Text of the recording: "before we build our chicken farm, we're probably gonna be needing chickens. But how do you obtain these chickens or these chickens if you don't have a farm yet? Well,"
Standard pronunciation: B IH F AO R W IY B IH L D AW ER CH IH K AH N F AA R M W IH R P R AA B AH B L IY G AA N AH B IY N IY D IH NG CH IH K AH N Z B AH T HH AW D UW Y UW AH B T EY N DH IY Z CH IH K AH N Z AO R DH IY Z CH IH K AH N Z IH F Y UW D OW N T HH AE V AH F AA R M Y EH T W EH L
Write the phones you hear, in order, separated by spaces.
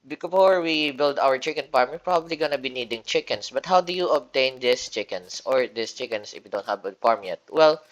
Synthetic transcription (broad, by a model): B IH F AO R W IY B IH L D AW ER CH IH K AH N P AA R M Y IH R P R AA B AH B L IY G AA N AH B IY N IY D IH NG CH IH K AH N S B AH T HH AW D UW Y UW AH B T EY N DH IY S CH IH K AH N S AO R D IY S CH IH K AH N S IH F Y UW D OW N T HH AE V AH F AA R M Y EH T W EH L